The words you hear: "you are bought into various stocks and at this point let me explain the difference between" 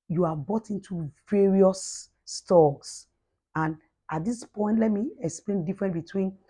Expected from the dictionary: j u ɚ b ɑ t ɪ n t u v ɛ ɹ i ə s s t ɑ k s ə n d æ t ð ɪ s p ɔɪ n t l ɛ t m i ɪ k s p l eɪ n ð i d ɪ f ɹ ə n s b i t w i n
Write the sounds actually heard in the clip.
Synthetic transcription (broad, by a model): j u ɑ b ɑ t ɪ n t u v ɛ ɹ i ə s s t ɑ s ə n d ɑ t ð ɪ s p ɔɪ n t l ɛ t m i ɪ k s p l eɪ n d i f ɹ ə n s b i t w i n